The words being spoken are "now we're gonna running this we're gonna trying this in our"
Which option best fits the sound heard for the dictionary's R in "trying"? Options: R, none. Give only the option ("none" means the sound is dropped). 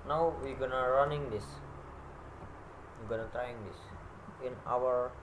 none